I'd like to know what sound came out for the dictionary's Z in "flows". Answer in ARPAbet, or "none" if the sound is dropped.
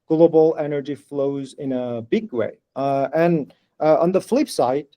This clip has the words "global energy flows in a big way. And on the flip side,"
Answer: Z